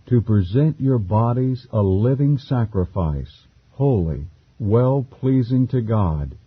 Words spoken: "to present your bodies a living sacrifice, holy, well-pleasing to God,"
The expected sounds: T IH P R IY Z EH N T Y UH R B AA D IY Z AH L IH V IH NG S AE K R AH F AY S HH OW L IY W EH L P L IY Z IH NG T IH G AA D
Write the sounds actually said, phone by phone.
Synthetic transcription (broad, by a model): T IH P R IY Z EH N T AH R B AA D IY Z AH L IH V IH NG S AE K R AH F AY S HH OW L IY W EH L P L IY Z IH NG T IH G AA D